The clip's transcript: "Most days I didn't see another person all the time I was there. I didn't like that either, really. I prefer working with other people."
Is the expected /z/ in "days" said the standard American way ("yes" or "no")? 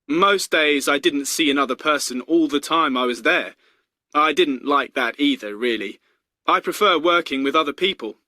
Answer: yes